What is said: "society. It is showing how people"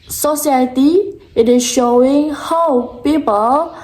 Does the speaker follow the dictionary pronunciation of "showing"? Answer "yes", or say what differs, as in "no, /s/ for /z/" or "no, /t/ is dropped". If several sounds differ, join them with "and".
yes